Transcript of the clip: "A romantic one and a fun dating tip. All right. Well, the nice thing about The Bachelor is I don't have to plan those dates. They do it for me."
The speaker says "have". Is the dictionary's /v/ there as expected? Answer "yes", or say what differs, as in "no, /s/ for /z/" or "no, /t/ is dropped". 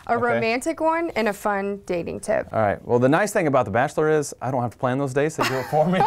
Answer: no, /f/ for /v/